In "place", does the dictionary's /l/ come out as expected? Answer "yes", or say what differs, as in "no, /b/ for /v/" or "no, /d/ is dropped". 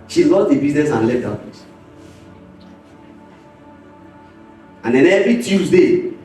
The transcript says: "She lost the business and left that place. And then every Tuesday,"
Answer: no, /l/ is dropped